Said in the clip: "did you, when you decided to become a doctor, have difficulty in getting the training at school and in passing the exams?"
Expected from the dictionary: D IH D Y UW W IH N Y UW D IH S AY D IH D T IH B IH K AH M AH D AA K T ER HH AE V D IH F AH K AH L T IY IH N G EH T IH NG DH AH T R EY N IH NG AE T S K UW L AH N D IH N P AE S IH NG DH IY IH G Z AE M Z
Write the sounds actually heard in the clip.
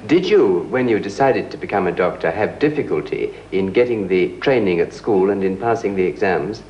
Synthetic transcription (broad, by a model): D IH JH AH W IH N Y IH D IH S AY D IH D T IH B IH K AH M AH D AA K T ER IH V D IH F AH K AH L T IY IH N G EH T IH NG DH AH T R EY N IH NG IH T S K UW L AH N IH N P AE S IH NG DH IY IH G Z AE M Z